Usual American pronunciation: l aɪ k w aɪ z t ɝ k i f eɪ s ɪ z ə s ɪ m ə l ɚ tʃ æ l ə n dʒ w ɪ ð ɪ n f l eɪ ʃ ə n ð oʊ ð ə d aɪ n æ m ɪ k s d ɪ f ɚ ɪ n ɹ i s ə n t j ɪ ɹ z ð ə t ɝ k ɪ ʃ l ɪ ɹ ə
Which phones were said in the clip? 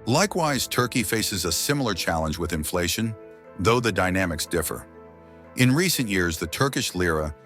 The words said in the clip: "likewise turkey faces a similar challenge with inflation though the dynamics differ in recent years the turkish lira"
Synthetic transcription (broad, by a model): l aɪ k w aɪ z t ɝ k i f eɪ s ɪ z ə s ɪ m l ɚ tʃ æ l ə n dʒ w ɪ ð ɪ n f l eɪ ʃ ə n ð oʊ ð ə d aɪ n æ m ɪ k s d ɪ f ɚ ɪ n ɹ i s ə n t j ɪ ɹ z ð ə t ɝ k ɪ ʃ l ɪ ɹ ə